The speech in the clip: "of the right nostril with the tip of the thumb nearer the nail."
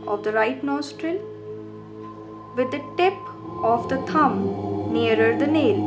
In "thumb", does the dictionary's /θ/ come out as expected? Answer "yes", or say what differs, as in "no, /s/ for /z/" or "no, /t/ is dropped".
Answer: no, /t/ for /θ/